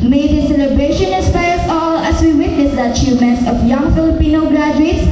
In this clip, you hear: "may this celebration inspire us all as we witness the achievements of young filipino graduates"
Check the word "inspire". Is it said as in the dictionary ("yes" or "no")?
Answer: no